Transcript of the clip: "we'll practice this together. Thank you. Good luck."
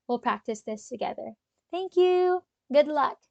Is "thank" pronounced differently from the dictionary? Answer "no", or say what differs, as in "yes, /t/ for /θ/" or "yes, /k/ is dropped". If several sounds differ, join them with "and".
no